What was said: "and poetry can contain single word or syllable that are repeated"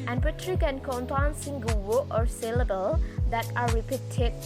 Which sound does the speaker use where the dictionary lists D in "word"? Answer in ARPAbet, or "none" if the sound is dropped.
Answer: none